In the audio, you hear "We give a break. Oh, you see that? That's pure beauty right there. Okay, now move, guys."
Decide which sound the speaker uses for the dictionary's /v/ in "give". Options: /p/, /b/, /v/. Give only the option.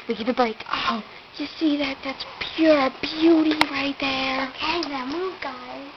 /p/